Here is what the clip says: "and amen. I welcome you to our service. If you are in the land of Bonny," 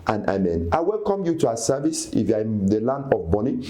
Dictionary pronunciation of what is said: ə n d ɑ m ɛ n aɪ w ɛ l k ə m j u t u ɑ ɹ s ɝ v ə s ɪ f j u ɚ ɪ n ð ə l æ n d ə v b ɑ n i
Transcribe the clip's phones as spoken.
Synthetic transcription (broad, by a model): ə n ɑ m ɛ n aɪ w ɛ l k ə m j u t u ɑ s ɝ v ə s ɪ f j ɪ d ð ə l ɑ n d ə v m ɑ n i